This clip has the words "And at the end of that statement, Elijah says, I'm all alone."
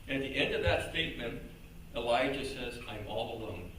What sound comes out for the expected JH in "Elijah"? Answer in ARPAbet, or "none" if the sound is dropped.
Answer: JH